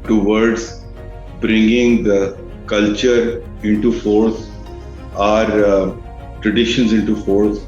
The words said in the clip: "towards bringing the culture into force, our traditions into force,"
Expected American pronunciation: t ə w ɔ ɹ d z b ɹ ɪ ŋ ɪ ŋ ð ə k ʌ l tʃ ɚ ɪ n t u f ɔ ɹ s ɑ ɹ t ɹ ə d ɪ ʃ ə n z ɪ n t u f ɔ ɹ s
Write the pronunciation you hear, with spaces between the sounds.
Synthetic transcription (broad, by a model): t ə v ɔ ɹ d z b ɹ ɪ ŋ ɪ ŋ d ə k ʌ l tʃ ɚ ɪ n t u f ɔ ɹ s ɑ ɹ t ɹ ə d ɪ ʃ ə n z ɪ n t u f ɔ ɹ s